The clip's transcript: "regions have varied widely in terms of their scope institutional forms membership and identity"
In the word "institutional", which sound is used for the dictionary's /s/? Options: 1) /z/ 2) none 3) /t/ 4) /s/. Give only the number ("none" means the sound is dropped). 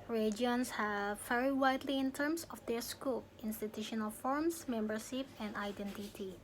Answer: 4